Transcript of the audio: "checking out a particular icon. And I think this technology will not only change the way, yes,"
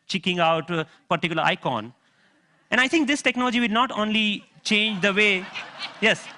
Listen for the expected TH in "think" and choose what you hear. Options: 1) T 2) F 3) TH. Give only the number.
1